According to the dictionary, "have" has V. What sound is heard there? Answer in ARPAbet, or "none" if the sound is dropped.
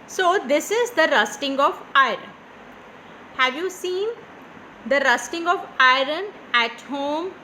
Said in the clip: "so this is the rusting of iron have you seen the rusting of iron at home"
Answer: V